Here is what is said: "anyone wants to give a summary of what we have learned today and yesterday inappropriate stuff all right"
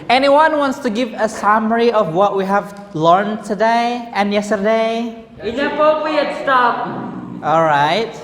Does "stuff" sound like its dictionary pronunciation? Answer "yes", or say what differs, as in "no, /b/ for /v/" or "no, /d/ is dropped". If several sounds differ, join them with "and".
no, /p/ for /f/